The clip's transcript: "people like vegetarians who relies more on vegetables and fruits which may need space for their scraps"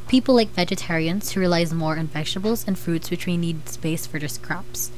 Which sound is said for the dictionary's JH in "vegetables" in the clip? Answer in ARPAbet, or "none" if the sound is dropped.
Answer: SH